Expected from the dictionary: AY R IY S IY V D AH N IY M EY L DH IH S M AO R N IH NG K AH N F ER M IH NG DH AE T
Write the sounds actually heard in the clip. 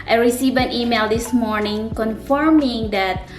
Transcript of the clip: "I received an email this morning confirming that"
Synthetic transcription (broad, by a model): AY R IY S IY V AH N IY M EY L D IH S M AO R N IH NG K AH N F ER M IH NG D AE T